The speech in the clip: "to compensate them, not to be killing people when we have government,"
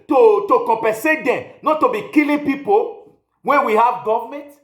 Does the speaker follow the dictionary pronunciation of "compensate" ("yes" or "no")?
no